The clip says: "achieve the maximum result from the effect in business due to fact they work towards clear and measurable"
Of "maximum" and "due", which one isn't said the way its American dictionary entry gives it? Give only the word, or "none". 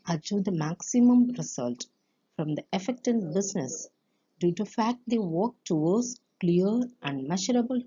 none